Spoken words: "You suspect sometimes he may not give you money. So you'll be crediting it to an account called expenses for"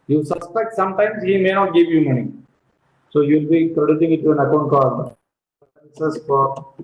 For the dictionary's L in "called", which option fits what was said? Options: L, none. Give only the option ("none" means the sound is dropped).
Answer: none